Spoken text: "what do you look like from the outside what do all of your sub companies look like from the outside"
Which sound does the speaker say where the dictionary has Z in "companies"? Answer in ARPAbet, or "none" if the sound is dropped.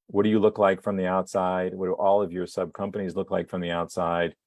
Z